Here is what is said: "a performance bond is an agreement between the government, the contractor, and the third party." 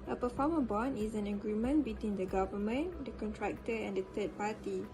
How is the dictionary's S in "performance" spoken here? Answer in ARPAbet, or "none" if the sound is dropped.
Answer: none